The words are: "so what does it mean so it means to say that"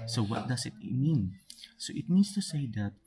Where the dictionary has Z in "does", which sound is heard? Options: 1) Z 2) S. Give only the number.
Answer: 2